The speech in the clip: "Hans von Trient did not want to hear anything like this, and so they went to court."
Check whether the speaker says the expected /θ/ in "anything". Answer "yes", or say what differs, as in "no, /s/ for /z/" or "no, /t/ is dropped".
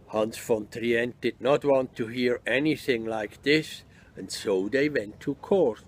yes